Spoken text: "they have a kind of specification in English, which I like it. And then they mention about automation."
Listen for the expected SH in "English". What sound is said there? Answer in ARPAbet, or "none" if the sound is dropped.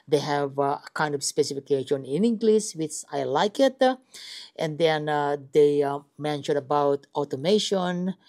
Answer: S